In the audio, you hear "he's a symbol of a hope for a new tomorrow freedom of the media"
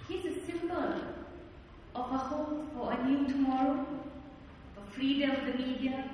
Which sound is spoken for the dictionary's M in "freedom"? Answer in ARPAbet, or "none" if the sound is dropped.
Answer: none